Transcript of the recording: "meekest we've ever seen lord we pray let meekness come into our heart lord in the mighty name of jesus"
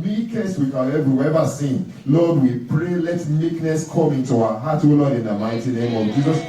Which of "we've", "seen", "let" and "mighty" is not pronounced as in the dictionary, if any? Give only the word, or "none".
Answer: we've